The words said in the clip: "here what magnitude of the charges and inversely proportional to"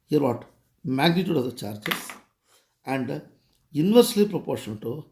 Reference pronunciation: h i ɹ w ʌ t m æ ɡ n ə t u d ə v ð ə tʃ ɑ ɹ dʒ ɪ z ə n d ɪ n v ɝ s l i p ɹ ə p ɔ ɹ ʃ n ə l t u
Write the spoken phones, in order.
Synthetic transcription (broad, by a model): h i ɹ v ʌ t m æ ɡ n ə t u d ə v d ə tʃ ɑ ɹ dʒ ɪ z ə n d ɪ n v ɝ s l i p ɹ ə p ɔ ɹ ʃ ə n t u